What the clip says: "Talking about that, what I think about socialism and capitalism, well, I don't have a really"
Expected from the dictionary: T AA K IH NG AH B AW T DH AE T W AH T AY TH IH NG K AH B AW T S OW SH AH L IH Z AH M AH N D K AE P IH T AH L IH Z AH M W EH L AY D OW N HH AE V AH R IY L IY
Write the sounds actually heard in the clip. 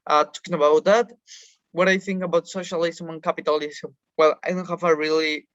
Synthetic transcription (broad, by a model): T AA K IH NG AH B AW T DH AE T W AH T AY TH IH NG K AH B AW T S OW SH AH L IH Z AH M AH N K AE P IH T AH L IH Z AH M W EH L AY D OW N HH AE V AH R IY L IY